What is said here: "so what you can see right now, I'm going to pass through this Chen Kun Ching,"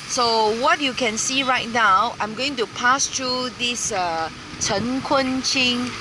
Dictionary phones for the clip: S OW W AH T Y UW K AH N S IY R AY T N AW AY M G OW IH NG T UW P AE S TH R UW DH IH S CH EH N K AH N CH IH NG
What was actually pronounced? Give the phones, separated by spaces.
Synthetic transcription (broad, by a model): S OW W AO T Y UW K AH N S IY R AY T N AW AY M G OW IH NG T UW P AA S T R UW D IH S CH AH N K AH N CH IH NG